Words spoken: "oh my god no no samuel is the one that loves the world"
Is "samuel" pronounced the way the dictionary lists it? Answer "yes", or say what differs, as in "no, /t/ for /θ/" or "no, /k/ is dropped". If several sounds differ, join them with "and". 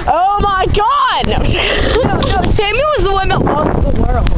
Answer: no, /w/ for /l/